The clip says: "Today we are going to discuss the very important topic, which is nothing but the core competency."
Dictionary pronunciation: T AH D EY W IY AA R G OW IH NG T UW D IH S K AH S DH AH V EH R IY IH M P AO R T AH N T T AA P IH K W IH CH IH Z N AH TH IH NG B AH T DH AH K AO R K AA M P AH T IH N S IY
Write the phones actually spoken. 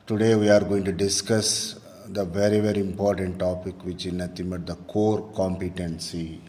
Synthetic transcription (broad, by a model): T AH D EY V IY AA R G OW IH NG T UW D IH S K AH S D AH V EH R IY IH M P AO R T AH N T T AA P IH K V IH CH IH N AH T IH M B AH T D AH K AO R K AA M P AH T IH N S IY